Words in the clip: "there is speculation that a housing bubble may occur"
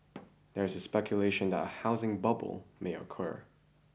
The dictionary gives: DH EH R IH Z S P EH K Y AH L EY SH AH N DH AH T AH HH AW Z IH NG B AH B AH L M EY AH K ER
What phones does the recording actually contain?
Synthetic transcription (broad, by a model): DH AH R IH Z S P EH K Y AH L EY SH AH N DH AH T AH HH AW Z IH NG B AH B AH L M EY AH K ER